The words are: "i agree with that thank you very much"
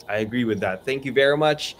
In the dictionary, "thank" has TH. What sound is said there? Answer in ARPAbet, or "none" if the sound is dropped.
TH